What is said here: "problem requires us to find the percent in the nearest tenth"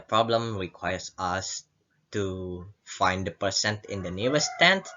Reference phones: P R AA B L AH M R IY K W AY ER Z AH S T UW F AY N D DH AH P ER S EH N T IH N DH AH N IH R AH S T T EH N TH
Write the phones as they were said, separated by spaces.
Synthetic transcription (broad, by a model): P R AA B L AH M R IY K W AY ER S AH S T UW F AY N D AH P ER S EH N T IH N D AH N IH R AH S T T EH N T